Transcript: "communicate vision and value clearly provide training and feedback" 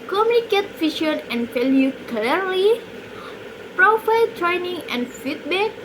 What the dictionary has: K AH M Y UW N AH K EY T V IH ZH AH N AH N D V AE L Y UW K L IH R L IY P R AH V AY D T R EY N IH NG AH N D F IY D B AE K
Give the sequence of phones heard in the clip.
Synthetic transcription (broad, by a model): K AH M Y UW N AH K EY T F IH SH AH N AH N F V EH L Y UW K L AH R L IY P R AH F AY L T R EY N IH NG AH N F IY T B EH K